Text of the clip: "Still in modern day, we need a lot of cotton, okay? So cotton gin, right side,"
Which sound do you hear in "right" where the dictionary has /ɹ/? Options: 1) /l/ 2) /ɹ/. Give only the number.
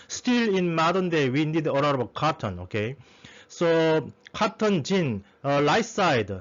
1